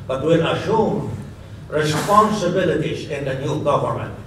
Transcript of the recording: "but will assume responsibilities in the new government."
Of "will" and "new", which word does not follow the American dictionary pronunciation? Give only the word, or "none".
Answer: will